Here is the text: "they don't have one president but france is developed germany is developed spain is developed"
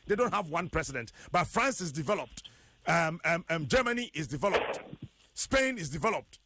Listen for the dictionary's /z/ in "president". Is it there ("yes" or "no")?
no